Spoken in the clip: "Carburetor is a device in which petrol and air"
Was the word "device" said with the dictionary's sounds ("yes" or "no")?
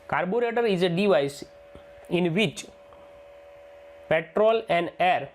yes